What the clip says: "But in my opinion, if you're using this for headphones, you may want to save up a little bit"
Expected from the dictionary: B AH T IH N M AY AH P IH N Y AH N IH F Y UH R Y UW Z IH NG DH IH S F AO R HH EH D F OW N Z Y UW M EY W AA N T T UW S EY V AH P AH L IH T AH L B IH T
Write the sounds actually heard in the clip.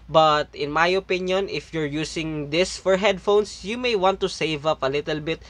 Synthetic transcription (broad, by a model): B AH T IH N M AY AH P IH N Y AH N IH F Y UH R Y UW S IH NG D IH S F AO R HH EH D F OW N S Y UW M EY W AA N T T UW S EY V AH P AH L IH T AH L B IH T